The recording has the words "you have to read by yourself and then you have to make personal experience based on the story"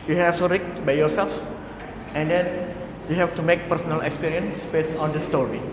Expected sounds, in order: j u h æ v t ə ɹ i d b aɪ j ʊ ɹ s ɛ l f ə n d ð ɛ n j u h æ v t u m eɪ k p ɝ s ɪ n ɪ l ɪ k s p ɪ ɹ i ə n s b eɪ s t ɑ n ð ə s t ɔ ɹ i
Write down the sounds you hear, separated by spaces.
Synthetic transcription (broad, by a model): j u h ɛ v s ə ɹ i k b aɪ j ʊ ɹ s ɛ l f ə n d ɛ n j u h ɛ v t u m eɪ k p ɝ s ɪ n ɪ l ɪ k s p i ɹ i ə n s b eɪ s ɑ n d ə s t ɔ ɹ i